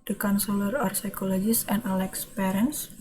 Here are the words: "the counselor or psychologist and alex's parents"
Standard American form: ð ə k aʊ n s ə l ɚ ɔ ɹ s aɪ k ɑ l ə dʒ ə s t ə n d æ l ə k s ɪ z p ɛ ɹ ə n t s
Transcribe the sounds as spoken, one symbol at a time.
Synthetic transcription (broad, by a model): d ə k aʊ n s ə l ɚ ɔ ɹ s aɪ k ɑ l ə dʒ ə s ə n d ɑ l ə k s p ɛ ɹ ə n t s